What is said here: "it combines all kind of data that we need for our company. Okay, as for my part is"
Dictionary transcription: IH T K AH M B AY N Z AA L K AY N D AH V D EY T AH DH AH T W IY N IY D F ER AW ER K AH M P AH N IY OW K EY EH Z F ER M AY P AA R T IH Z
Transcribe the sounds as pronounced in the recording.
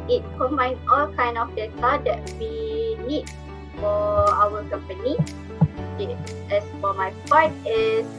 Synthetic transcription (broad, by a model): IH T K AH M AY N S AA L K AY N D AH F D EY T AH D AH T W IY N IY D F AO AW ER K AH M P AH N IY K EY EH S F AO M AY P AA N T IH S